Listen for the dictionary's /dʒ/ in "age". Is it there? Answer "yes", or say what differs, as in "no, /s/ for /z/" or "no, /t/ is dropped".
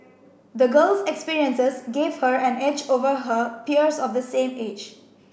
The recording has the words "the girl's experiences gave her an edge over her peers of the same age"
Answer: yes